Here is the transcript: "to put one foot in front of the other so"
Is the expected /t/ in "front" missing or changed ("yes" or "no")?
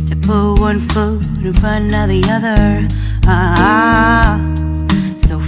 yes